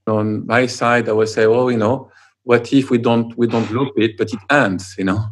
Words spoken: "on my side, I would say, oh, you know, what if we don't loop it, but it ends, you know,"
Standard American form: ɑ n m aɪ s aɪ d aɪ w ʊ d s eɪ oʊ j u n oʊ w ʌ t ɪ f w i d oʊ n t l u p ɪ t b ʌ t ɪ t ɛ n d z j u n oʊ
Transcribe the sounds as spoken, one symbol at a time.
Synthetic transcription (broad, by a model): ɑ n m aɪ s aɪ d aɪ w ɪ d s eɪ oʊ j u n oʊ w ʌ t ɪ f w i d oʊ n t l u b ɪ t b ʌ t ɪ t ɛ n d z j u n oʊ